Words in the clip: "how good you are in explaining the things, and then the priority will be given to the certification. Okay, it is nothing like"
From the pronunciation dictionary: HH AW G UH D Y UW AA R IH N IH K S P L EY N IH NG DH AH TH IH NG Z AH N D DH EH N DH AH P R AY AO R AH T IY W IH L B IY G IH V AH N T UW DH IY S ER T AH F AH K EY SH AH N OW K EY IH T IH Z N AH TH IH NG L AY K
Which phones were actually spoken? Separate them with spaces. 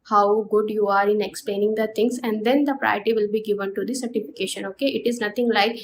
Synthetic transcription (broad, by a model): HH AW G UH D Y UW AA R IH N IH K S P L EY N IH NG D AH T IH NG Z AH N D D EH N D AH P R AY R T IY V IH L B IY G IH V AH N T UW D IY S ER T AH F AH K EY SH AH N OW K EY IH T IH Z N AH T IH NG L AY K